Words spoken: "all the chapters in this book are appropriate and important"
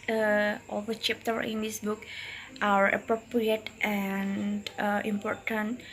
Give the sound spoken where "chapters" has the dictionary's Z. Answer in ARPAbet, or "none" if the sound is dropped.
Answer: none